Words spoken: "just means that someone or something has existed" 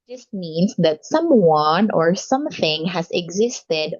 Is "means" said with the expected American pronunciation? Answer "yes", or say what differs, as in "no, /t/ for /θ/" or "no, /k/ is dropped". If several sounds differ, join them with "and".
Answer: no, /s/ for /z/